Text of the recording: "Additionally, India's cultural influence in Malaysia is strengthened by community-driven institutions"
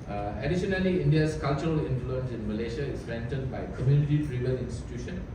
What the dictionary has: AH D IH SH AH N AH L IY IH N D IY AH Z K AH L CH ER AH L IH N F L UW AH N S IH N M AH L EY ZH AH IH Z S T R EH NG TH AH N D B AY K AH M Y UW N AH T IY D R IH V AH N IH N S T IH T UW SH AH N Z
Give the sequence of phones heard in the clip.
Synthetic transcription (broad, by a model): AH D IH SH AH N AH L IY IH N D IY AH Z K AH L CH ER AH L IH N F L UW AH N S IH N M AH L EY SH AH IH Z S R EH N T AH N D B AY K AH M Y UW N AH T IY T R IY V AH L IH N S T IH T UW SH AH N